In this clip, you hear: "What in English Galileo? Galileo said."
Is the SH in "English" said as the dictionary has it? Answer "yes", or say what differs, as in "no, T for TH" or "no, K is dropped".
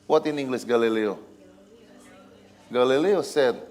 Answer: no, S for SH